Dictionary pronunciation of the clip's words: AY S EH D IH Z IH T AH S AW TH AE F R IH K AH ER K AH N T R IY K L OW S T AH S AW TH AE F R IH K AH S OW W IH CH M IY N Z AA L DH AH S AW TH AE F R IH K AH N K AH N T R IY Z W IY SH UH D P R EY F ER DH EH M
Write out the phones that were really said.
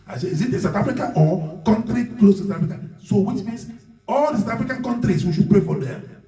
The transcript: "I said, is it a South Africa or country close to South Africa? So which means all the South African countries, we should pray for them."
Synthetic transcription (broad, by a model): AY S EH IH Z IH T AH S AW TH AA F R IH K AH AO K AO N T R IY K L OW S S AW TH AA F R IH K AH S OW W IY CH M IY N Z AA L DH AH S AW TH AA F R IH K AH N K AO N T R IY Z W IY SH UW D P R EY F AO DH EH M